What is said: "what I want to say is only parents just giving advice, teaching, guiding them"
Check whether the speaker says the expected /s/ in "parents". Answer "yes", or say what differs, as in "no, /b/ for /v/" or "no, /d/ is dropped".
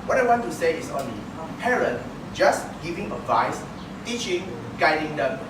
no, /s/ is dropped